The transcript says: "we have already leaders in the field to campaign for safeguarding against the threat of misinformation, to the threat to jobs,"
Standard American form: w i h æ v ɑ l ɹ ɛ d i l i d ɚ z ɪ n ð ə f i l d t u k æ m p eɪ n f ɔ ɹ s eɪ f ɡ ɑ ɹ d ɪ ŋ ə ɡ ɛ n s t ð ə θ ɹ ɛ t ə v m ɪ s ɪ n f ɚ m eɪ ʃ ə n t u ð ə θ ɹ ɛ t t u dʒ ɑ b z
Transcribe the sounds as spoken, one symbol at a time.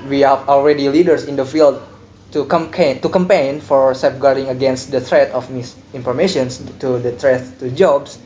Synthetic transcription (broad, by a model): w i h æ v ɑ l ɹ ɛ d i l i d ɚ s ɪ n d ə f i l d t u k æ m p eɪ n f ɔ ɹ s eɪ p ɡ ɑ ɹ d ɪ ŋ ə ɡ ɛ n s t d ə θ ɹ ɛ t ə f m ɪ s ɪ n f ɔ m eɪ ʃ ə n t u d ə t ɹ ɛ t t u dʒ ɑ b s